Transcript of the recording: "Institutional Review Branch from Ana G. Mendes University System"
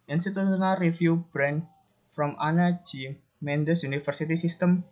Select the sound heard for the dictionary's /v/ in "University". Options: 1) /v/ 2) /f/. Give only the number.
2